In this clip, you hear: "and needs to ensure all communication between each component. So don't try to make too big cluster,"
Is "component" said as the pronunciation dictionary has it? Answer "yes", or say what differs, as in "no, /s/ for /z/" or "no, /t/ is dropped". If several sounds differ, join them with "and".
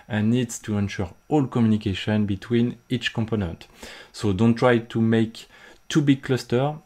yes